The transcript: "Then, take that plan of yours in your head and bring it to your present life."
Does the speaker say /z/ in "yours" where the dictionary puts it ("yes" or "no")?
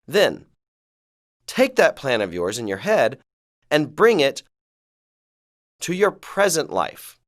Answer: yes